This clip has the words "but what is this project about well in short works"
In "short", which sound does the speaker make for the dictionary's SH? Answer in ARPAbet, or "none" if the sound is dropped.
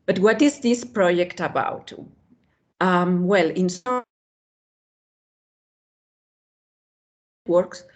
S